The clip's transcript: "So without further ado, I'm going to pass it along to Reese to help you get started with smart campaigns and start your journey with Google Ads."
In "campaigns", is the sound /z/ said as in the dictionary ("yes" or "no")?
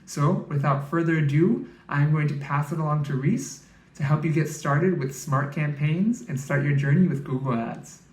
yes